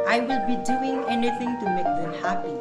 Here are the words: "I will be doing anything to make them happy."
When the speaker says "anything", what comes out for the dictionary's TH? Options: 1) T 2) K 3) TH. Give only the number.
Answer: 1